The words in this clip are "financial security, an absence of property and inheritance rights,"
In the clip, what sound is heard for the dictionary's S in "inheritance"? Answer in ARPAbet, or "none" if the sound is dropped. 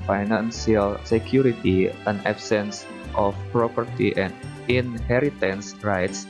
S